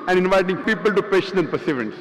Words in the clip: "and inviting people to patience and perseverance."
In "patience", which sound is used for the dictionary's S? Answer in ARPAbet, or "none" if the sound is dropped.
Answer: none